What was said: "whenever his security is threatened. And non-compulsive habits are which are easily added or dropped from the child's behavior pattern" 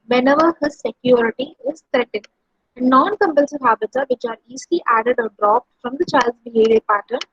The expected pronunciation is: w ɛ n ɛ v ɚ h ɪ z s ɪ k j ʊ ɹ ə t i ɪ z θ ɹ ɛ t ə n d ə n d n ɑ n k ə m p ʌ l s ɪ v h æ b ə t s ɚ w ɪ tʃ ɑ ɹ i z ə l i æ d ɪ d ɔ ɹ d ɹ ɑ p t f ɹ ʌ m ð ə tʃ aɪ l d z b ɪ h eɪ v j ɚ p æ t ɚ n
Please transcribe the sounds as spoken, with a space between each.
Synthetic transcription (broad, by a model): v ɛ n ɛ v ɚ h ɪ z s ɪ k j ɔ ɹ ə t i ɪ z t ɹ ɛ t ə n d ə n d n ɑ n k ə m p ʌ l s ɪ v h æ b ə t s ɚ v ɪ tʃ ɑ ɹ i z l i æ d ɪ d ɔ ɹ d ɹ ɑ p t f ɹ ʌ m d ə tʃ aɪ l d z b ɪ h eɪ v j ɚ p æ t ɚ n